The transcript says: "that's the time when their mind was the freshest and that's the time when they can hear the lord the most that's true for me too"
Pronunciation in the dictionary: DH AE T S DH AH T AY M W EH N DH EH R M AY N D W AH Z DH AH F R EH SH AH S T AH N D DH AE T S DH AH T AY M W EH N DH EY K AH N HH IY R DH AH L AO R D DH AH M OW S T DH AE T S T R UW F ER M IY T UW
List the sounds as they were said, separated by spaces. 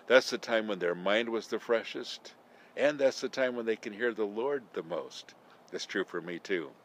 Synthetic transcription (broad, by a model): DH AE T S DH AH T AY M W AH N DH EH R M AY N D W AH Z DH AH F R EH SH AH S T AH N DH AE T S DH AH T AY M W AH N DH EY K AH N HH IY R DH AH L AO R D DH AH M OW S T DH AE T S T R UW F ER M IY T UW